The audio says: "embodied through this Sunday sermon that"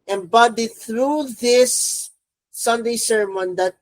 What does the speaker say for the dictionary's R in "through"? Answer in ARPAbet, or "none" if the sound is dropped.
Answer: R